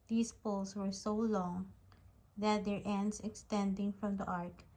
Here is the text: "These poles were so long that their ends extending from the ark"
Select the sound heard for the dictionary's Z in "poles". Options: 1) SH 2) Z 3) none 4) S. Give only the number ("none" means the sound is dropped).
4